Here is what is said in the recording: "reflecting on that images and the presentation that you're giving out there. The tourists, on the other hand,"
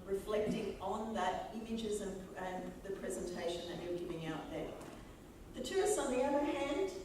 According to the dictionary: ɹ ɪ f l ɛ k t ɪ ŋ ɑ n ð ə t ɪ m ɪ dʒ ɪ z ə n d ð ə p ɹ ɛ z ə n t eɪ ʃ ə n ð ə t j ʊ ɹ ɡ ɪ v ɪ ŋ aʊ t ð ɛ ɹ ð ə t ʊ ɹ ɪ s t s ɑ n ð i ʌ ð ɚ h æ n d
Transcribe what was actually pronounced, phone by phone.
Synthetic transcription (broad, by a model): ɹ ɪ f l ɛ k t ɪ ŋ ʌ n ð ə t ɪ m ɪ dʒ ɪ z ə n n ð ə p ɹ ɛ z ə n t eɪ ʃ ə n ð ə t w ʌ ɹ ɡ ɪ v ɪ ŋ aʊ t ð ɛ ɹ ð ə t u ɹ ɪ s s n ð i ʌ ð ɚ h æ n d